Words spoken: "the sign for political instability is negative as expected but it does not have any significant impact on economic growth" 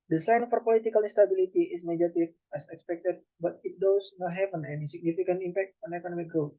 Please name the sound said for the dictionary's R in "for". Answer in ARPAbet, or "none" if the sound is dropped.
R